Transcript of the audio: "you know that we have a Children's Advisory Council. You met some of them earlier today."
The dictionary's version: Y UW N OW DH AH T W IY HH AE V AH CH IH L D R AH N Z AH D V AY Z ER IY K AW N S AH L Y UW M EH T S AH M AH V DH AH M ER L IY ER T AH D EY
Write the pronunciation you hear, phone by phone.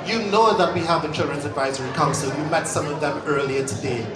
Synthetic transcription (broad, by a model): Y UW N OW DH AH T W IY HH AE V AH CH IH L D R AH N Z AH D V AY Z ER IY K AW N S AH L Y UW M EH T S AH M AH V DH AH M ER L IY ER T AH D EY